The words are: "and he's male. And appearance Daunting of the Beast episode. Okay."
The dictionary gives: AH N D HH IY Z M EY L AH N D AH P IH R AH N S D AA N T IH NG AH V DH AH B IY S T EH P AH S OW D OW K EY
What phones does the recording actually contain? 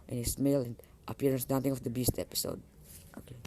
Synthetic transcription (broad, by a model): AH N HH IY S M EY L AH N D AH P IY R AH N S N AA T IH NG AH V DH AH B IY S T EH P AH S OW D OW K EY